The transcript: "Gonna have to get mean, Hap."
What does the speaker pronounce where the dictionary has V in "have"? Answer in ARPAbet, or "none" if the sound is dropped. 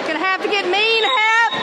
F